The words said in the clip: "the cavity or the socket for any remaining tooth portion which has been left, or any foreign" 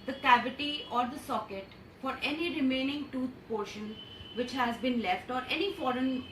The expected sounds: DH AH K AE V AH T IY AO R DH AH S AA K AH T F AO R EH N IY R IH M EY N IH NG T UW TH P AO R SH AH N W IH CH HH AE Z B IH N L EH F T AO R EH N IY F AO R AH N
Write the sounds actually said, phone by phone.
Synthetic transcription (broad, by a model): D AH K AE V AH T IY AO R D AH S AA K AH T F AO R EH N IY R IH M EY N IH NG T UW T P AO R SH AH N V IH CH HH AE Z B IH N L EH F T AO R EH N IY F AO R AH N